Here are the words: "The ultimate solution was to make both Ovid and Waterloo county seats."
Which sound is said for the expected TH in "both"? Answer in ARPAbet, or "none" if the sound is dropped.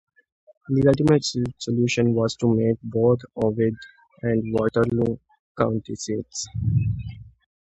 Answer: T